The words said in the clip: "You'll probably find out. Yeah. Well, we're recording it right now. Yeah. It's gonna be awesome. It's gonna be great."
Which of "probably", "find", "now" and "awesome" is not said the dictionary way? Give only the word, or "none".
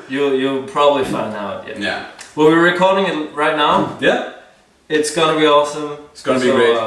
find